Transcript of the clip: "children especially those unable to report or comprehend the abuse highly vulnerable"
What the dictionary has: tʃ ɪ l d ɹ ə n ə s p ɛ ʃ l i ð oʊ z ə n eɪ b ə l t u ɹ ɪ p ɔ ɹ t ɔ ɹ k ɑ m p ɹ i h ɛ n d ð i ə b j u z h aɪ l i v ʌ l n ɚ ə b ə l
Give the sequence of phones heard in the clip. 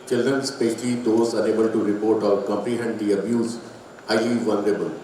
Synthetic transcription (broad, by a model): tʃ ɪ l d ɹ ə n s p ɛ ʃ l i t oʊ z ə n eɪ b ə l t u ɹ ɪ p ɔ ɹ t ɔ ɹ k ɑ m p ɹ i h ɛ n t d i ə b j u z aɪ i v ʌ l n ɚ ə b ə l